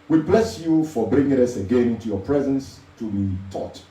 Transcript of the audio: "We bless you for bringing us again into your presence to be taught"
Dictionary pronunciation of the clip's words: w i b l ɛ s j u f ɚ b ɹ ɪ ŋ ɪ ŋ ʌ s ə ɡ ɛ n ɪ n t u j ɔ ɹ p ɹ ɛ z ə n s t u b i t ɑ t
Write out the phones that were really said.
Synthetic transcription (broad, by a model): w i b l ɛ s j u f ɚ b ɹ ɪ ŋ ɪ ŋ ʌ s ə ɡ ɛ n ɪ n t u j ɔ p ɹ ɛ z ə n s t u b i t ɑ t